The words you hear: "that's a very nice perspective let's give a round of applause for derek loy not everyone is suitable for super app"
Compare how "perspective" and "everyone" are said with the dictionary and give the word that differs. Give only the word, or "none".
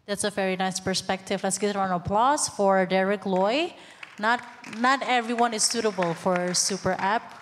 none